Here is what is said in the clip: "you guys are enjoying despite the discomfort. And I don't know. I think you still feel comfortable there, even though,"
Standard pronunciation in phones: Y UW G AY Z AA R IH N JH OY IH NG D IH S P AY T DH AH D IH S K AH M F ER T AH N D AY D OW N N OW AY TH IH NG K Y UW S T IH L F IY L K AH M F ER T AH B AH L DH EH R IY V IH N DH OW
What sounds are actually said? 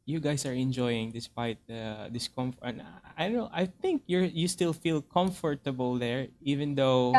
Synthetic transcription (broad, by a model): Y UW G AY S AA R IH N JH OY IH NG D IH S P AY T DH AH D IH S K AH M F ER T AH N AY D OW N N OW AY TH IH NG K Y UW S T IH L F IY L K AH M F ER T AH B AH L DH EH R IY V IH N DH OW